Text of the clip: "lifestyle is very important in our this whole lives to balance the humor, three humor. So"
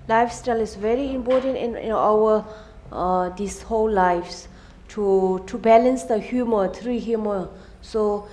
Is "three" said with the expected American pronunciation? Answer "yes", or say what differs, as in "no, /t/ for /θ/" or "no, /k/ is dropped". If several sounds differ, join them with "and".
no, /t/ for /θ/